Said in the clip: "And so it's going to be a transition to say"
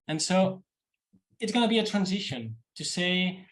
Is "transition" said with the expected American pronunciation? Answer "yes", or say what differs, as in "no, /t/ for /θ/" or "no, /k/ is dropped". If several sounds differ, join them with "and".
yes